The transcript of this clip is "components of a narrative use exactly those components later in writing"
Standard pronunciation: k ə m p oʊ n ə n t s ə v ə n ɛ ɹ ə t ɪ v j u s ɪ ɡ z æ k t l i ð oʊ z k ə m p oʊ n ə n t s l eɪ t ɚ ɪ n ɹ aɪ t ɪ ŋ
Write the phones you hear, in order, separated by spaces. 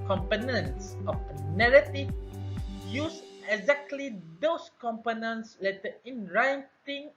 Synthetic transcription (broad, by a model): k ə m p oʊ n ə n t s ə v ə n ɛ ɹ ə t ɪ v j u s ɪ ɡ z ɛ k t l i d oʊ s k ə m p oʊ n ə n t s l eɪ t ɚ ɪ n ɹ aɪ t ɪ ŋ